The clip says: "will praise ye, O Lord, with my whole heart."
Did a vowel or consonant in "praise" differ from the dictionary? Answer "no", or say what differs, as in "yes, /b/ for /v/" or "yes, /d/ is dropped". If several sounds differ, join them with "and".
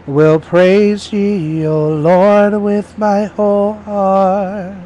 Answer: no